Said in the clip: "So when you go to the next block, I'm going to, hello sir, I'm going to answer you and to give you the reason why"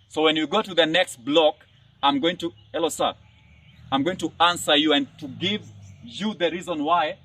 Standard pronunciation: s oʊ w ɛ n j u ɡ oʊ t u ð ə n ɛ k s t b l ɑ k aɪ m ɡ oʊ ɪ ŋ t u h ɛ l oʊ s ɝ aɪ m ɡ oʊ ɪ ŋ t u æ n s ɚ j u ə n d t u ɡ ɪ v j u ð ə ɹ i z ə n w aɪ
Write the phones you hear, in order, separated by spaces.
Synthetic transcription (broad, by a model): s oʊ w ɛ n j u ɡ oʊ t u ð ə n ɛ k s t b l ɑ k aɪ m ɡ oʊ ɪ ŋ t u h ɛ l oʊ s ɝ aɪ m ɡ oʊ ɪ ŋ t u æ n s ɚ j u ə n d t u ɡ ɪ v j u ð ə ɹ i z ə n w aɪ